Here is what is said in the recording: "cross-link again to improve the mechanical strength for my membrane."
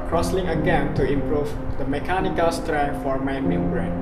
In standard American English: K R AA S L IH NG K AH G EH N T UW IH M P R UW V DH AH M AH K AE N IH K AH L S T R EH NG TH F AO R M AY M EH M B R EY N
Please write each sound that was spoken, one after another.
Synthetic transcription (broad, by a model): K R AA S L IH NG AH G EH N T UW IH M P R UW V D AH M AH K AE N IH K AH L S T R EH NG F AO R M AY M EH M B R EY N